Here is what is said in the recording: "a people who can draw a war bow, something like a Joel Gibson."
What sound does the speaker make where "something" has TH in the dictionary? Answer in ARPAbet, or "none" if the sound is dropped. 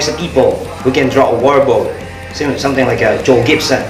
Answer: S